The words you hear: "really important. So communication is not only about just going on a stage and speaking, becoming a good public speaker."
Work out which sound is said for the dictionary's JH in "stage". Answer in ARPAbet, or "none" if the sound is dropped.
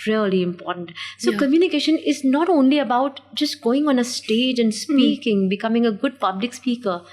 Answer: JH